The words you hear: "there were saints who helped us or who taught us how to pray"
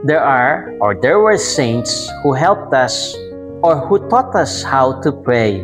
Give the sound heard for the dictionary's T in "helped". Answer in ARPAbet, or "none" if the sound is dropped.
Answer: T